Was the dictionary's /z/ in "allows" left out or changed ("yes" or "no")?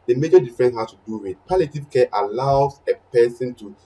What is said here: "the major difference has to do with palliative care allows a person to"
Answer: yes